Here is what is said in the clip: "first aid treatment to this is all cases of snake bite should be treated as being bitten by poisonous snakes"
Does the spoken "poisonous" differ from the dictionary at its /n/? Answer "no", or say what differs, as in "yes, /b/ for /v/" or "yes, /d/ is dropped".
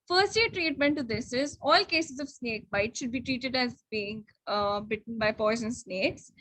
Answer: yes, /n/ is dropped